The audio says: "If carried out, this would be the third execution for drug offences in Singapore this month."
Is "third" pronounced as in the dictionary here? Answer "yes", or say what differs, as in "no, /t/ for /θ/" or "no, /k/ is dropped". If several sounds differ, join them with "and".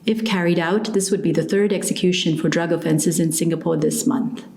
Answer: yes